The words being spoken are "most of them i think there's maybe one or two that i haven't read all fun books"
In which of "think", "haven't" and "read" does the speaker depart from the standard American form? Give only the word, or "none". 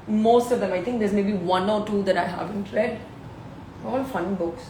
think